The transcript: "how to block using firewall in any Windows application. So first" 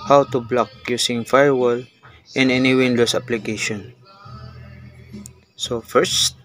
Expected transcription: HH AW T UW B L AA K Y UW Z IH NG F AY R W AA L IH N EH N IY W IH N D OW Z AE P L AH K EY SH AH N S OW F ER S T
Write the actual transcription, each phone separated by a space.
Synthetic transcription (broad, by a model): HH AW T UW B L AA K Y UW S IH NG F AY R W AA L IH N EH N IY W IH N D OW S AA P L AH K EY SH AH N S OW F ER S T